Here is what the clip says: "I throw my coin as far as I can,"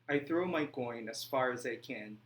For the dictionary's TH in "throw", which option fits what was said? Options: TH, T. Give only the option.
TH